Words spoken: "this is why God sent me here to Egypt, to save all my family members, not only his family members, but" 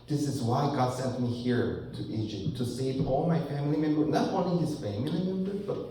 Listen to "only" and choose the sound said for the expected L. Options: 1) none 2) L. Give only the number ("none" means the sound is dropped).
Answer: 1